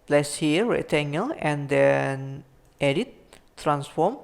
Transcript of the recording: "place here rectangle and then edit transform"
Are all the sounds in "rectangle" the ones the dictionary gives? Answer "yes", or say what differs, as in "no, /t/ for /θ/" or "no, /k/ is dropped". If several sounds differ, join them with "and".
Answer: no, /k/ is dropped